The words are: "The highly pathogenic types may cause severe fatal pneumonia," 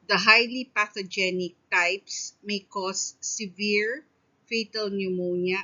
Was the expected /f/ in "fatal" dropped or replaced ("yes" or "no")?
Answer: no